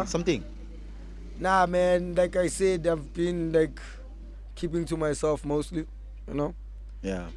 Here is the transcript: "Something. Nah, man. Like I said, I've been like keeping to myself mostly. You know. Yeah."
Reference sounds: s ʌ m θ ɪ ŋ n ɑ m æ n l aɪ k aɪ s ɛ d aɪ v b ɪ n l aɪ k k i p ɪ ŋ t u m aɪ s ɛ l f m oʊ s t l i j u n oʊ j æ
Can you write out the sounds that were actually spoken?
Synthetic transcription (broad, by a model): s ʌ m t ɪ ŋ n ɑ m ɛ n l aɪ k aɪ s ɛ d aɪ v b ɪ n l aɪ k k i p ɪ ŋ t u m aɪ s ɛ l f m oʊ s t l i j u n oʊ j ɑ